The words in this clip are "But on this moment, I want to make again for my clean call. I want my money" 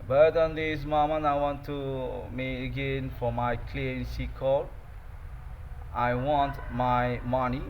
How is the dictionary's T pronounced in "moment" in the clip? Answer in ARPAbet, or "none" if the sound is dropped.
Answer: none